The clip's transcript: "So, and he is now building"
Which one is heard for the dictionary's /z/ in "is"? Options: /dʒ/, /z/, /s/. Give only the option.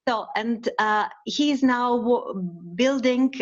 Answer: /z/